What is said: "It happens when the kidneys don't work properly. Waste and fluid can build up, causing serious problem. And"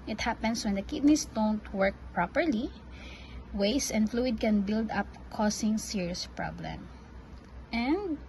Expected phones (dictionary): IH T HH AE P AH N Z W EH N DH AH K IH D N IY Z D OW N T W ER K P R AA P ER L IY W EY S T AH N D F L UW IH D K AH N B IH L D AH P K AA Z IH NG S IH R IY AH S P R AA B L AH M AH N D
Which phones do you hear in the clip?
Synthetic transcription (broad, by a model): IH T HH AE P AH N S W EH N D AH K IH D N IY S D OW N T W ER K P R AA P ER L IY W EY S AH N D F L UW IH D K AH N B IH L D AH P K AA S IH NG S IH R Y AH S P R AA B L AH M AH N D